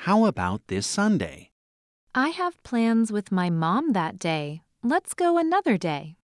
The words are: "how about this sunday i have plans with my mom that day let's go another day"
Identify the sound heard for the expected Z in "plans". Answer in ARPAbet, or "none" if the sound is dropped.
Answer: Z